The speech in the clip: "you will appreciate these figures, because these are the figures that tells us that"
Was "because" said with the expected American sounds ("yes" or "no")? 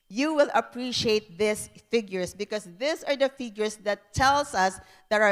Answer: no